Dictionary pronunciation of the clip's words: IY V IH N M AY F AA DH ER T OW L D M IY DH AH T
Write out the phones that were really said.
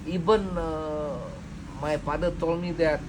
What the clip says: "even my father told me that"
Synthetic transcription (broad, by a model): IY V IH N M AY P AA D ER T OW L M IY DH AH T